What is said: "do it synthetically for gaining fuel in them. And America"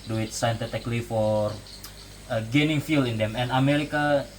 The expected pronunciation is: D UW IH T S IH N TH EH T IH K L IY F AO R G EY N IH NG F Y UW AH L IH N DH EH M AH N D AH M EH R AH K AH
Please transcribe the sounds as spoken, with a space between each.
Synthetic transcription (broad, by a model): D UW IH T S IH N T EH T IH K L IY F AO R G EY N IH NG F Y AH L IH N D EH M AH N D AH M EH R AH K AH